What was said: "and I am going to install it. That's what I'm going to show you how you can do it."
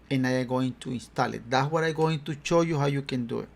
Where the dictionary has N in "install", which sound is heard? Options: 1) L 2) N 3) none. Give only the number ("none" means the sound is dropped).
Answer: 2